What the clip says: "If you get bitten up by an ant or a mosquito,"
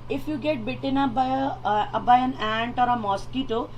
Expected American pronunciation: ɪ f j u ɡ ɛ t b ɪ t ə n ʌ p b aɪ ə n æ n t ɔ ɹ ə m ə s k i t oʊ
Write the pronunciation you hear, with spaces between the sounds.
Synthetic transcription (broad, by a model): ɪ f j u ɡ ɛ t b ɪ t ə n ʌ b b aɪ ə n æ n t ɔ ɹ ə m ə s k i t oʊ